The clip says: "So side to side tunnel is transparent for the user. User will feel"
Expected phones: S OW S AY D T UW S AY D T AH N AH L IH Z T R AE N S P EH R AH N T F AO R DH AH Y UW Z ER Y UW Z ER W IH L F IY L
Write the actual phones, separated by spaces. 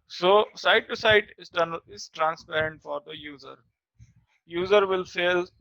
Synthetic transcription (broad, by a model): S OW S AY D T UW S AY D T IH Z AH N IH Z T R AE N S P EH R AH N T F AO R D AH Y UW Z ER Y UW Z ER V IH L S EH L